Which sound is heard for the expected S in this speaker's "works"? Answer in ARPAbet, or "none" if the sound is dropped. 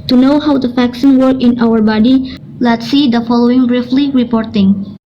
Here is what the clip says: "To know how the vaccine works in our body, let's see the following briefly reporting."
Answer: none